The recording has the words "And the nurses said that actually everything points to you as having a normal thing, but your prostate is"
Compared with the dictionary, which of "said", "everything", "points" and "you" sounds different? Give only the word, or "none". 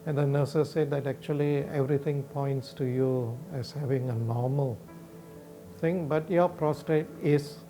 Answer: everything